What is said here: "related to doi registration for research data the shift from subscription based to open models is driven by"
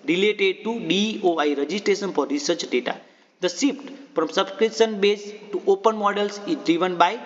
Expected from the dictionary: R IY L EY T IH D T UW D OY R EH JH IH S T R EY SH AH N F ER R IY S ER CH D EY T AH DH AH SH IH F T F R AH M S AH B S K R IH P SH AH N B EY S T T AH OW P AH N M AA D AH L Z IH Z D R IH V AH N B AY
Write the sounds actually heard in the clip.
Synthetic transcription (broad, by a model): R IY L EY T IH D T UW D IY R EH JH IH S T R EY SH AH N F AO R IY S ER CH D EY T AH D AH S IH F T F R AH M S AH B S K R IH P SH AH N B EY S T T OW P AH N M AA D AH L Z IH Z D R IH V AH N B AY